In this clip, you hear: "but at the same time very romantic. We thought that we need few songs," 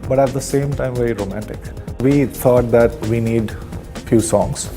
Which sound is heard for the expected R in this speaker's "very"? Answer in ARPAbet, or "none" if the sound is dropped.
R